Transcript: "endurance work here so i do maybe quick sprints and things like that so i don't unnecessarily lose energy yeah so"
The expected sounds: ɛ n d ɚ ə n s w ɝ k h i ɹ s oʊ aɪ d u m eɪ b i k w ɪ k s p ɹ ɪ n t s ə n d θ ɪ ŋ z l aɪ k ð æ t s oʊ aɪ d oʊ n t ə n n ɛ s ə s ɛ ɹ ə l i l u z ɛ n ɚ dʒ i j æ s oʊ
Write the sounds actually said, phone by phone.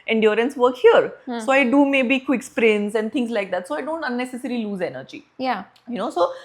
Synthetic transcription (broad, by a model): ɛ n d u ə n s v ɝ k h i ɹ s oʊ aɪ d u m eɪ b i k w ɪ k s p ɹ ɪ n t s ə n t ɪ ŋ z l aɪ k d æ t s oʊ aɪ d oʊ n t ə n n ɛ s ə s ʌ ɹ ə l i l u z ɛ n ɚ dʒ i j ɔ s oʊ